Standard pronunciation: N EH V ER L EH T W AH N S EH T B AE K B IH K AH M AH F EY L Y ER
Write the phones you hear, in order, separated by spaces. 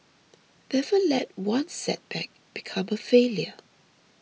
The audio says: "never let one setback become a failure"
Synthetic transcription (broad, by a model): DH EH F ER L EH T W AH N S EH T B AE K B IH K AH M AH F EY L Y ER